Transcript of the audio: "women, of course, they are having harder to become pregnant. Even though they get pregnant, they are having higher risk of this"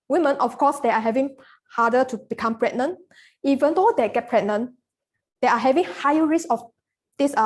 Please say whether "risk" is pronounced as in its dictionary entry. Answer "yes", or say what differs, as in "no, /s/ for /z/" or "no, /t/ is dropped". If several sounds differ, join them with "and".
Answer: no, /k/ is dropped